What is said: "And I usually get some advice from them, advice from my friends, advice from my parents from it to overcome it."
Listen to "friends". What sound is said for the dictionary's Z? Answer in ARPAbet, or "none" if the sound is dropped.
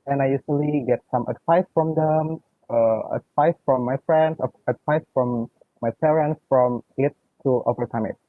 S